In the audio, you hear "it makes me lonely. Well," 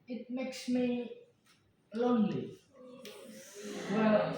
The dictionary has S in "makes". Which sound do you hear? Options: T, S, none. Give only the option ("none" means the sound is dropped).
S